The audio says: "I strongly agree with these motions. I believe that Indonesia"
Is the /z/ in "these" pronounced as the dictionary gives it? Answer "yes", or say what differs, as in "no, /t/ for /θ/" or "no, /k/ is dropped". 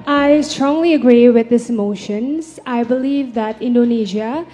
no, /z/ is dropped